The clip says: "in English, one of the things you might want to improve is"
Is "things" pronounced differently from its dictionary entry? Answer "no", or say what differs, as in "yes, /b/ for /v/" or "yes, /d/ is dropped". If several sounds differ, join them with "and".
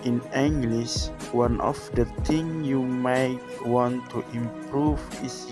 yes, /t/ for /θ/ and /z/ is dropped